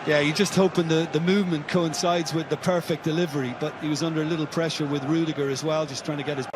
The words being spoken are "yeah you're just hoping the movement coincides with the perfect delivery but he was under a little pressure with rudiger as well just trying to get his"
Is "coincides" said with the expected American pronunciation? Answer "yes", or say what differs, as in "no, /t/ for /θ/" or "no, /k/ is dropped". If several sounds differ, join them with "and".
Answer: yes